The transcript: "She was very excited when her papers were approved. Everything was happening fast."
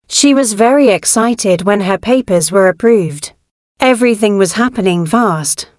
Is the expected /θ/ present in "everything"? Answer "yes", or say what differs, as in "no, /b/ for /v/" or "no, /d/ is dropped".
yes